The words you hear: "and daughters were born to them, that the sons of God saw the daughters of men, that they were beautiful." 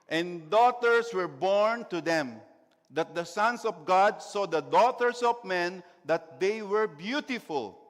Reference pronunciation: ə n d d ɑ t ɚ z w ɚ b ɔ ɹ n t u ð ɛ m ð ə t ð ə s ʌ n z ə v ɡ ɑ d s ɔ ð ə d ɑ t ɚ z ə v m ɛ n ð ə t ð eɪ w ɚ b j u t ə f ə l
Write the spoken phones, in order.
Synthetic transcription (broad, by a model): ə n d d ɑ t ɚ s w ɚ b ɔ ɹ n t u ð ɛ m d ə t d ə s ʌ n s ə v ɡ ɑ d s ɔ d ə d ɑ t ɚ s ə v m ɛ n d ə t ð eɪ w ɚ b j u t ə f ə l